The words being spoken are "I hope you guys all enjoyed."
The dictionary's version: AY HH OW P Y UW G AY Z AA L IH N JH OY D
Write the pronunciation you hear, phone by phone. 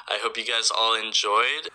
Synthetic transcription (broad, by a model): AY HH OW P Y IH G AY Z AA L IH N JH OY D